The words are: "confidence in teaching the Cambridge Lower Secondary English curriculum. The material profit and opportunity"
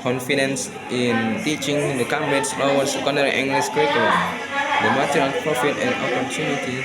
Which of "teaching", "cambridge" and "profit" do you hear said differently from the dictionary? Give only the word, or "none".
cambridge